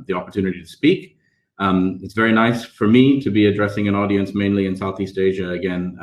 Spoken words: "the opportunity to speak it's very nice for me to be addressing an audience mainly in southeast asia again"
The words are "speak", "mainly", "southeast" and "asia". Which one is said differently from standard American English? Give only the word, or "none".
none